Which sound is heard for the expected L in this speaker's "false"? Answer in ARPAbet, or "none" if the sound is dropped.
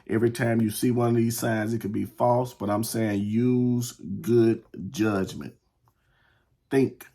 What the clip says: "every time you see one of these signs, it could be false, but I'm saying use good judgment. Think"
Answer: L